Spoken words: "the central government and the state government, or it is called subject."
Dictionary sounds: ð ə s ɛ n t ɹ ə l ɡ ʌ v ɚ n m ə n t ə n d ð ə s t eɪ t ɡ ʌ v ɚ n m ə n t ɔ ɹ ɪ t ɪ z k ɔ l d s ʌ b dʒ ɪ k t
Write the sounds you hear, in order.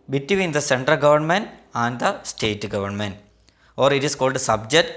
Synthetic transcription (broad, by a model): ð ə s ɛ n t ɹ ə l ɡ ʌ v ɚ n m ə n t ə n d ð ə s t eɪ t ɡ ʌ v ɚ n m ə n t ɔ ɹ ɪ t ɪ s k ɔ l d s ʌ b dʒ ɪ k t